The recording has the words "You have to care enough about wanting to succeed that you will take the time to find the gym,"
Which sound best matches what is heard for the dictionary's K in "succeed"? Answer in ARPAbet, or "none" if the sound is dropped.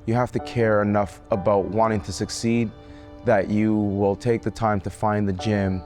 K